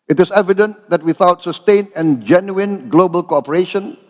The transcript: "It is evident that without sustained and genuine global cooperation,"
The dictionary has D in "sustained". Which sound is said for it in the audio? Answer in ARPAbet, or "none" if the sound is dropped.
none